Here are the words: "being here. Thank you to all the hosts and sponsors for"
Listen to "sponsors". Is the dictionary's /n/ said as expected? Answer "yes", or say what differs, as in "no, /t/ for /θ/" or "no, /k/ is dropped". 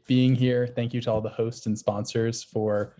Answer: yes